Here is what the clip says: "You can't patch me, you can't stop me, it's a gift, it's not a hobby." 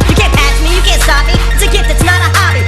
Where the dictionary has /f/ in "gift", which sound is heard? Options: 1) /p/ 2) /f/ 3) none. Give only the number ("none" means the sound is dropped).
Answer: 3